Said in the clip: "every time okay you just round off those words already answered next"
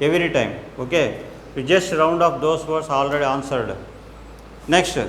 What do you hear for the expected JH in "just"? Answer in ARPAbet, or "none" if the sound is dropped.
JH